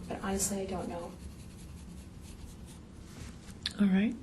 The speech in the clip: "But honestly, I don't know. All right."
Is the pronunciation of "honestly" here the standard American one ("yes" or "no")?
no